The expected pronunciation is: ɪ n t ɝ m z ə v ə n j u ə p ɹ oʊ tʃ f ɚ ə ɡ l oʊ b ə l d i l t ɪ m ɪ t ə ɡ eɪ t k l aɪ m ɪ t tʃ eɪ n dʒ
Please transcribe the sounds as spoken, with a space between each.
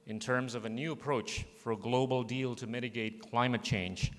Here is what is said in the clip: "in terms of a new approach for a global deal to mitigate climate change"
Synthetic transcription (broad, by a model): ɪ n t ɝ m z ə v ə n j u ə p ɹ oʊ tʃ f ɚ ə ɡ l oʊ b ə l d i l t ɪ m ɪ t ə ɡ eɪ t k l aɪ m ɪ t tʃ eɪ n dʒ